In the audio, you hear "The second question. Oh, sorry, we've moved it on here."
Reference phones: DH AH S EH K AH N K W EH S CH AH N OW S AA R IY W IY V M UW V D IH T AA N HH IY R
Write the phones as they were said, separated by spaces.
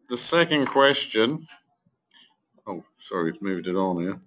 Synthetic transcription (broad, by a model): DH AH S EH K AH N K W EH S CH AH N OW S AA R IY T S M UW V D IH T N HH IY